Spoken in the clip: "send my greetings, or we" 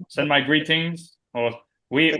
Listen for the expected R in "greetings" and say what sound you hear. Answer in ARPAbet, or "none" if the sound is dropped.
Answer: R